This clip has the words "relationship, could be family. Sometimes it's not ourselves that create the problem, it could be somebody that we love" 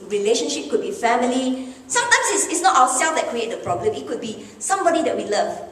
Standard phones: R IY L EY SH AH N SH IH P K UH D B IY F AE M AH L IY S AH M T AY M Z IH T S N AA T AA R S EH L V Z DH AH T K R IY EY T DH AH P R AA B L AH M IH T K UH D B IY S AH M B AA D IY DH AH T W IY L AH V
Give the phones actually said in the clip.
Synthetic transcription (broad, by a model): R IY L EY SH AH N SH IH P K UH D B IY F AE M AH L IY S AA M T AY M S IH T S N AA T AA W S EH L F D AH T K R IY EY T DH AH P R AA B L AH M IH T K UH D B IY S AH M B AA D IY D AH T W IY L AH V